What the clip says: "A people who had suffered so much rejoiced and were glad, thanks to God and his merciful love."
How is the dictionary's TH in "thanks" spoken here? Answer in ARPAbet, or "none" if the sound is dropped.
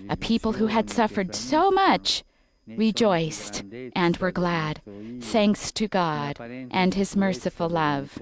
TH